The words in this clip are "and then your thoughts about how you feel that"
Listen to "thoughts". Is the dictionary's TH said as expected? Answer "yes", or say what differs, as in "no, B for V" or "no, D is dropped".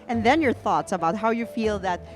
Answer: yes